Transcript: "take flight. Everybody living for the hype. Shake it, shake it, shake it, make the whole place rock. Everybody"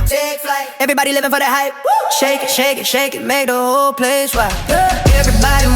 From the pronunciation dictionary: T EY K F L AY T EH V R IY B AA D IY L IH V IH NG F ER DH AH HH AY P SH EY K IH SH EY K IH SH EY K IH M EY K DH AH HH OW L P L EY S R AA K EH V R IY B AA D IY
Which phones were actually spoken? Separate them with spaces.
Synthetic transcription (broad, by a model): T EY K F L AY EH V R IY B AA D IY L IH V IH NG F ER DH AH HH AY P SH EY K SH EY K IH SH EY K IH M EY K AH HH OW L P L EY S W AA EH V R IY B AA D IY